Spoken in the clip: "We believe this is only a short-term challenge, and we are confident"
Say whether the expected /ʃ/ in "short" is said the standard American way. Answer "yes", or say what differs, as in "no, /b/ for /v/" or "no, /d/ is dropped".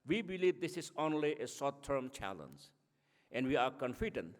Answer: no, /s/ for /ʃ/